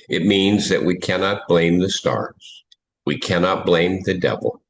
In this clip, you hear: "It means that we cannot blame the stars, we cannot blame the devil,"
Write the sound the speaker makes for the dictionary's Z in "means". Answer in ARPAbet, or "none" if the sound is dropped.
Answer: Z